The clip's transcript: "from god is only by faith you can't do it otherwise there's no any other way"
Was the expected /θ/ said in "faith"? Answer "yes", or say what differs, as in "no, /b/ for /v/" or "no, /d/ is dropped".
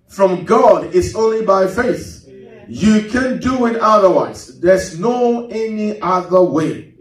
yes